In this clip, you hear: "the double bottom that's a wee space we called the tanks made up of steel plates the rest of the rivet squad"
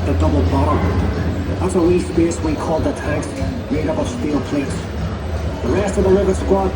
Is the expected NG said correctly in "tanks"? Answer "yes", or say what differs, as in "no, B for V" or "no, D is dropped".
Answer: no, NG is dropped